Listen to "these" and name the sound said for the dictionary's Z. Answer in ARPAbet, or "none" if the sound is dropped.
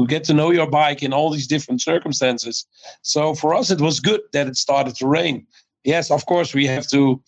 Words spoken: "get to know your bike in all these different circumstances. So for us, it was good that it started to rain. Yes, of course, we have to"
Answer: Z